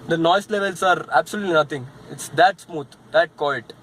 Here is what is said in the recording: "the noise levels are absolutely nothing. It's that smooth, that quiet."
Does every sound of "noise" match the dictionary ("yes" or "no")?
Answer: no